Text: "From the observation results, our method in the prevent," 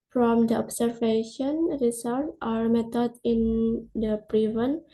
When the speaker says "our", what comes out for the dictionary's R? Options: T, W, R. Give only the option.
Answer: R